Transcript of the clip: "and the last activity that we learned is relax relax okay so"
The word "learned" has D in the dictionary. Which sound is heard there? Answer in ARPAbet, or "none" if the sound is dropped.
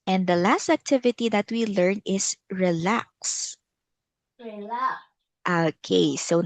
none